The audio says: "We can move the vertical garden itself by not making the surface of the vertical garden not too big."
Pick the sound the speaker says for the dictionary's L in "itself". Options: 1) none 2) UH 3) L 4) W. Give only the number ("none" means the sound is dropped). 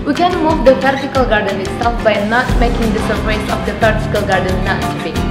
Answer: 1